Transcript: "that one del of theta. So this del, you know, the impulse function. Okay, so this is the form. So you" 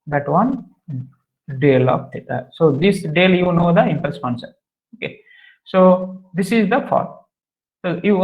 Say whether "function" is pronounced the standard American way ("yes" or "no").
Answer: no